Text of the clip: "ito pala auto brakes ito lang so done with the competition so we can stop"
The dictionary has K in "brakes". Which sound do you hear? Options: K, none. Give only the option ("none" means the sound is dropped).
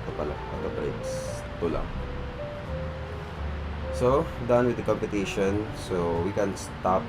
none